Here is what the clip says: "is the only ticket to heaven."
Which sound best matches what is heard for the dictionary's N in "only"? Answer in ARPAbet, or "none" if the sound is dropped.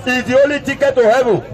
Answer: none